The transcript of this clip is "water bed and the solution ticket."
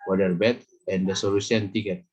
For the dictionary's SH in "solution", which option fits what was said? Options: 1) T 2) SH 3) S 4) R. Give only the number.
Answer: 3